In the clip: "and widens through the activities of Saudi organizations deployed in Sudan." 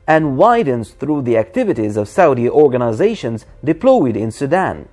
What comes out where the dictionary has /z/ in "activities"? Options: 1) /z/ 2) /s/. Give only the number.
1